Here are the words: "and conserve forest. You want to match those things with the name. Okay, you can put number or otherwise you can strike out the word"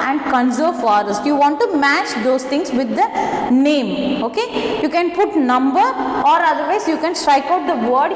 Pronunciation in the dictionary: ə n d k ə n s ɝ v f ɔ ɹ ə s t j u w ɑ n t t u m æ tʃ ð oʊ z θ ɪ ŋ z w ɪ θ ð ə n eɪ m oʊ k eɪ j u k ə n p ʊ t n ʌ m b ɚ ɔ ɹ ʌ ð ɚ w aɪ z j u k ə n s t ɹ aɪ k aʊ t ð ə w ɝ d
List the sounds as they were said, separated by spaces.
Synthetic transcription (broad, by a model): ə n d k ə n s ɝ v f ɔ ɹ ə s j u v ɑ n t t u m æ tʃ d oʊ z t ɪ ŋ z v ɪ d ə n eɪ m oʊ k eɪ j u k ə n p ʊ t n ʌ m b ɚ ɔ ɹ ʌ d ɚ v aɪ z j u k ə n s t ɹ aɪ k aʊ t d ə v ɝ d